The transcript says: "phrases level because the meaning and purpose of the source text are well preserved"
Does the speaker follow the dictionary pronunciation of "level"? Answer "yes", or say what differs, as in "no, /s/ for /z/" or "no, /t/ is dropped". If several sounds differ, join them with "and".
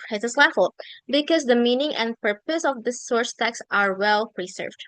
no, /f/ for /v/